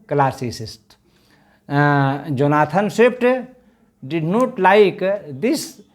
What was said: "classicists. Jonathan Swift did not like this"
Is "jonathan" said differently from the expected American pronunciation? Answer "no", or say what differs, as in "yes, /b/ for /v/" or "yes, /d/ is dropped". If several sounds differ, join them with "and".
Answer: yes, /t/ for /θ/